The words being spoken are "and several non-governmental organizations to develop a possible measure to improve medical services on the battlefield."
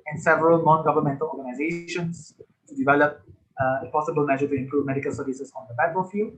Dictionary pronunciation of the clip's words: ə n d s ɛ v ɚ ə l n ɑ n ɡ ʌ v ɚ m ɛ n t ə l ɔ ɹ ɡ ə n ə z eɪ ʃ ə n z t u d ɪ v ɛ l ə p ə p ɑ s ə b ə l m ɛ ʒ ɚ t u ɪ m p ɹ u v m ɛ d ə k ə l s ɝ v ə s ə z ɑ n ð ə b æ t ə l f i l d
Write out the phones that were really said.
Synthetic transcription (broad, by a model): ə n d s ɛ v ɚ ə l n ɑ n ɡ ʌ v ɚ m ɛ n t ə l ɔ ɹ ɡ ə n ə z eɪ ʃ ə n s t u d ɪ v ɛ l ə p ə p ɑ s ə b ə l m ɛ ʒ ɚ t u ɪ m p ɹ u v m ɛ d ə k ə l s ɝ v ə s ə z ɑ n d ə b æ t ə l f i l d